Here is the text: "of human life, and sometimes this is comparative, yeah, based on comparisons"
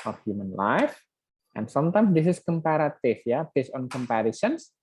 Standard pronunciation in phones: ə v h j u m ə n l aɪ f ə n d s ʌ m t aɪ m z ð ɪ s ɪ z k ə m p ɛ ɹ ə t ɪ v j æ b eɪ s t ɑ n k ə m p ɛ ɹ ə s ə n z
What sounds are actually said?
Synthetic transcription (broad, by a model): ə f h j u m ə n l aɪ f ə n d s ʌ m t aɪ m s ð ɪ s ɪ s k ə m p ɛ ɹ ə t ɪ f j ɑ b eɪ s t ɑ n k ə m p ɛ ɹ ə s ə n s